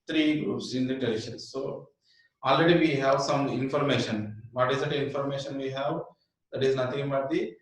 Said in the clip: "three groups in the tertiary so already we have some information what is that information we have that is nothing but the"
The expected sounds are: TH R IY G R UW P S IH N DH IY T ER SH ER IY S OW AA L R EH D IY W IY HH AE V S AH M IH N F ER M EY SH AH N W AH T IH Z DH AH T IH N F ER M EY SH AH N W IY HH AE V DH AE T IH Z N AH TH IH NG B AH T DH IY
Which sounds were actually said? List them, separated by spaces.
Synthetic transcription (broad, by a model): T R IY G R UW P S IH N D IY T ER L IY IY S OW AA L R EH D IY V IY HH AE V S AH M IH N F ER M EY SH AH N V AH T IH Z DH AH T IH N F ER M EY SH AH N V IY HH AE V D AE T IH Z N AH T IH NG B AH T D IY